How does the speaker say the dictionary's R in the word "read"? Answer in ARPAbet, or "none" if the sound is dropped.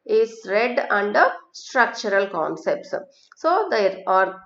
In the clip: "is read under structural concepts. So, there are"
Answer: R